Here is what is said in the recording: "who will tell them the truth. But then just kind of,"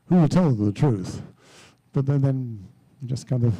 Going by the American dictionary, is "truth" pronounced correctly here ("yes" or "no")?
yes